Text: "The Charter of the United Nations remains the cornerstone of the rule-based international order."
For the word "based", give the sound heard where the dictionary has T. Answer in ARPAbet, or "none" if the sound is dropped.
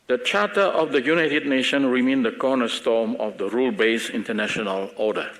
none